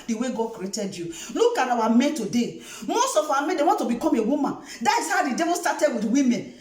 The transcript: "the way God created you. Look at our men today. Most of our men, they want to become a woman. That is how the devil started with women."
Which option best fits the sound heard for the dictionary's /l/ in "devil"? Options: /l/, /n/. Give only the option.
/n/